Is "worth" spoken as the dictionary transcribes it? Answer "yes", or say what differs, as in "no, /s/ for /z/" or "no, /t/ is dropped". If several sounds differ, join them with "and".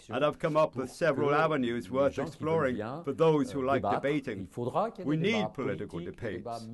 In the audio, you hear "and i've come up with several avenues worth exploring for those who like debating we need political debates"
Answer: yes